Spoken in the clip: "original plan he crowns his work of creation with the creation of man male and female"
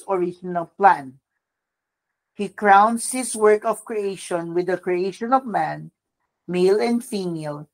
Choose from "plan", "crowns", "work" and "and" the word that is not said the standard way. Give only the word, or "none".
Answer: crowns